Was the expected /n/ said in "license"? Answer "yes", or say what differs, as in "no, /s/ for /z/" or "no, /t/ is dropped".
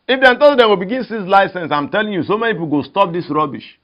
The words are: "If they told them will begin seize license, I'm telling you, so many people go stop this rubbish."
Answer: yes